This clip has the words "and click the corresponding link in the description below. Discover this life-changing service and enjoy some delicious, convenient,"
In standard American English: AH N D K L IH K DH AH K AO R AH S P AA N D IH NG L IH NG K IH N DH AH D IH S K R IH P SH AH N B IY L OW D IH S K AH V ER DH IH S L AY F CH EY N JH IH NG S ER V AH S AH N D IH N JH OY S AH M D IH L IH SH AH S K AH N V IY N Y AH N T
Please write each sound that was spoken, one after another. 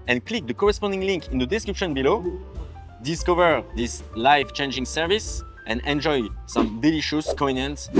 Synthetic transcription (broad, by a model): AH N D K L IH K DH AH K AO R AH S P AA N D IH NG L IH NG K IH N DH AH D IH S K R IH P SH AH N B IY L OW D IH S K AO V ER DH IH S L AY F CH EY N JH IH NG S ER V AH S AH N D IH N JH OY S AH M D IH L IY SH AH S K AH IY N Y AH N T